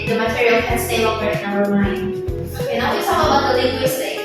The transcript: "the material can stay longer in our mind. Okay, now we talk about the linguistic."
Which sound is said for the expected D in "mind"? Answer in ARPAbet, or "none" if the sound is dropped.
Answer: none